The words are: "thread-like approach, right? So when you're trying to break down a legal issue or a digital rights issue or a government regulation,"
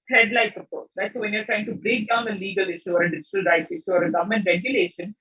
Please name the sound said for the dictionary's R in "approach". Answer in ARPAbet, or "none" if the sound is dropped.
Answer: none